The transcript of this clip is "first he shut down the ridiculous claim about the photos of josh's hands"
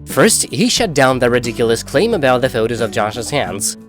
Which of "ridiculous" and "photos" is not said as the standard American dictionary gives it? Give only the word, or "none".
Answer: none